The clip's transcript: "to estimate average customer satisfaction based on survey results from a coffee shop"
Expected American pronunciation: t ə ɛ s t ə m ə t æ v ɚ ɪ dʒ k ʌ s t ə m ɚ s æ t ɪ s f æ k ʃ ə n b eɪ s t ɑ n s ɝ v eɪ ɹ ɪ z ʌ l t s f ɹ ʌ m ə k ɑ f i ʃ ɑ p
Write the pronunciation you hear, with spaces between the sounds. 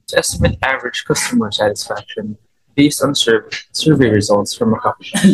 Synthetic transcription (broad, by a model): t ɛ s t ə m ə t æ v ɚ ɪ dʒ k ʌ s t ə m ɚ s æ t ɪ s f æ k ʃ ə n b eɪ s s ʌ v s ɝ v eɪ ɹ ɪ z ʌ l t s f ɹ ʌ m ə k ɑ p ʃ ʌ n